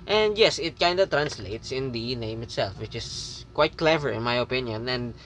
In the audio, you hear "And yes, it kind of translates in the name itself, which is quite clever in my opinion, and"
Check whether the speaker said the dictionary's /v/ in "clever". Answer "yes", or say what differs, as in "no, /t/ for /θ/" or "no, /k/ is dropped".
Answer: yes